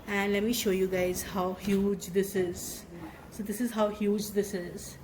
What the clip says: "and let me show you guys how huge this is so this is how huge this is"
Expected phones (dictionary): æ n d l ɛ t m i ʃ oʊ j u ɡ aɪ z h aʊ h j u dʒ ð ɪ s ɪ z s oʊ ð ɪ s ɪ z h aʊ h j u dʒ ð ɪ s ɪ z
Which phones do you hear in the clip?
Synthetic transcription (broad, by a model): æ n d l ɛ t m i ʃ oʊ j u ɡ aɪ z h aʊ h j u dʒ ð ɪ s ɪ z s oʊ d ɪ s ɪ z h aʊ h j u dʒ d ɪ s ɪ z